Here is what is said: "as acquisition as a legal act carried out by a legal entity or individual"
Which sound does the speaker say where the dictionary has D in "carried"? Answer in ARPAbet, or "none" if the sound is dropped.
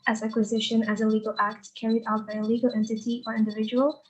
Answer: D